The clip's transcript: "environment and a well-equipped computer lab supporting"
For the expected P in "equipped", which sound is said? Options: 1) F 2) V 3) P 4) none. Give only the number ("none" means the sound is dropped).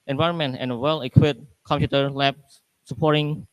4